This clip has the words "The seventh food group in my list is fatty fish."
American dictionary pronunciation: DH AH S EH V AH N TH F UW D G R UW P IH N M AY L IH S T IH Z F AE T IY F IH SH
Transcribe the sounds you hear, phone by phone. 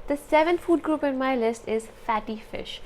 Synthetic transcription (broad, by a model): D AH S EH V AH N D F UW D G R UW P IH N M AY L IH S T IH Z F AE T IY F IH SH